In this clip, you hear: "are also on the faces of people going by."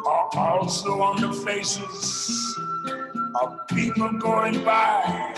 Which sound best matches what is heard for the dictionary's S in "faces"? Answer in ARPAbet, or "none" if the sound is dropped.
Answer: S